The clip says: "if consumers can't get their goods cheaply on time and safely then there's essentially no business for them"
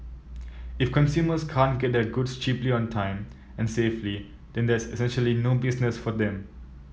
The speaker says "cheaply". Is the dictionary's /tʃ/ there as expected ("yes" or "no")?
yes